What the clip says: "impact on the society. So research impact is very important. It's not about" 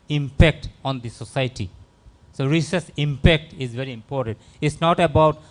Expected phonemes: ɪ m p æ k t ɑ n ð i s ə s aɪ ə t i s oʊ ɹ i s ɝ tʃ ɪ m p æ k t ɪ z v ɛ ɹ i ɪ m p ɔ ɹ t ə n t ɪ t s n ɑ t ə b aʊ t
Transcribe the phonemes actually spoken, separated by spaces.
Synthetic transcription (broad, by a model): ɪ m p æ k t ɑ n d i s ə s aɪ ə t i s oʊ ɹ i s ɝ s ɪ m p æ k t ɪ z v ɛ ɹ i ɪ m p ɔ ɹ t ə n t ɪ t s n ɑ t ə b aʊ t